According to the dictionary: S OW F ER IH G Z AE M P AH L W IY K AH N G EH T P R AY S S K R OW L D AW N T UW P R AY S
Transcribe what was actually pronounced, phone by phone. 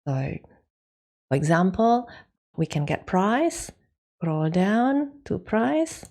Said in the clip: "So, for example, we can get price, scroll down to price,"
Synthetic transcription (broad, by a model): S OW F ER IH G Z AE M P AH L W IY K AH N G EH T P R AY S S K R OW L D AW N T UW P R AY S